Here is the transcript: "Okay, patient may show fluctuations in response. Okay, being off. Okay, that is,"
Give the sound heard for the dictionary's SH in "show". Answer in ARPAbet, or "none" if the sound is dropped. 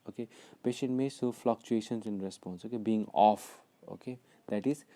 S